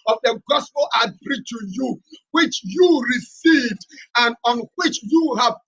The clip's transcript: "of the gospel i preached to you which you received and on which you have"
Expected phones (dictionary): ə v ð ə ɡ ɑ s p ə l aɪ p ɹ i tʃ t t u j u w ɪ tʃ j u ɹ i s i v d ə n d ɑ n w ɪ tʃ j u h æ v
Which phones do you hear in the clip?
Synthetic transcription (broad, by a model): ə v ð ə ɡ ɑ s p ə l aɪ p ɹ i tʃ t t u j u w ɪ tʃ j u ɹ i s i v d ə n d ɑ n w ɪ tʃ j u h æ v